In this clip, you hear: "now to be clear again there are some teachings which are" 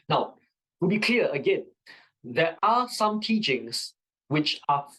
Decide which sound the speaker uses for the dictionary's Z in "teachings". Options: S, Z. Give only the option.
S